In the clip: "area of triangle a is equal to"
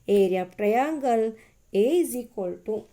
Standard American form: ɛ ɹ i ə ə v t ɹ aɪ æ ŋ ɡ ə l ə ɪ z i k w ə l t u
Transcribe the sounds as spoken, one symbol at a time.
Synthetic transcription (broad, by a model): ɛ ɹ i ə p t aɪ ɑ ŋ ɡ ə l ə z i k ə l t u